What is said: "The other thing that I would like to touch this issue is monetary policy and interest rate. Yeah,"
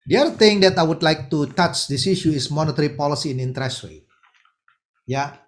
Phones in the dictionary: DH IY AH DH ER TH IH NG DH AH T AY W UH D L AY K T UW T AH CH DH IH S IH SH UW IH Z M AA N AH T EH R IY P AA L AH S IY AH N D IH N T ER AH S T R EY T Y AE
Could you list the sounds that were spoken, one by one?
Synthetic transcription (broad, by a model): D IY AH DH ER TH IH NG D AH T AY W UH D L AY K T UW T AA CH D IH S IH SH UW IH S M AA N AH T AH R IY P AA L AH S IY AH N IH N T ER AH S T W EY Y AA